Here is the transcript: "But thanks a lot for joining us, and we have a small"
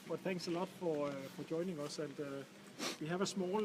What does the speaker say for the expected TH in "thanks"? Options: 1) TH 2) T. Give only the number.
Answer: 1